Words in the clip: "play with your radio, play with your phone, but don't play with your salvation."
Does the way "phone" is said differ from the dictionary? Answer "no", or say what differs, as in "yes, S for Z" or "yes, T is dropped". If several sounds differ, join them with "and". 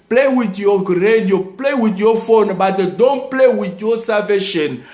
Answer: no